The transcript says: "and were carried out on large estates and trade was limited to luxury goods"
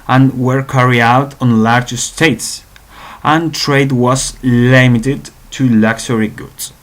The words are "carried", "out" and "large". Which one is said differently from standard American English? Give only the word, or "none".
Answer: carried